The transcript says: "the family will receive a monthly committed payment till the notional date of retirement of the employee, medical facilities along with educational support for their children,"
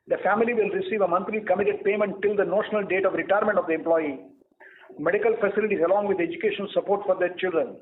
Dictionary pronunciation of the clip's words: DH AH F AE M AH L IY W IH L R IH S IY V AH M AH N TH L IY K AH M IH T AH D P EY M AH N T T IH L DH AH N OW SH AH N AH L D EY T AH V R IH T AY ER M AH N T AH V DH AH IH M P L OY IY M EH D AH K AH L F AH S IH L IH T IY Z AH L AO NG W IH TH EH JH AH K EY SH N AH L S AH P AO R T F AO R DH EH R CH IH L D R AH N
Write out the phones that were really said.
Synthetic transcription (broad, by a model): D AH F AE M AH L IY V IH L R IH S IY V AH M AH N T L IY K AH M IH T AH D P EY M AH N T T IH L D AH N OW SH AH N AH L D EY T AH V R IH T AY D M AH N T AH V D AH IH M P L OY IY M EH D AH K AH L F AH S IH L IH T IY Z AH L AO NG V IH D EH JH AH K EY SH AH N S AH P AO R T F AO R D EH R CH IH L D R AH N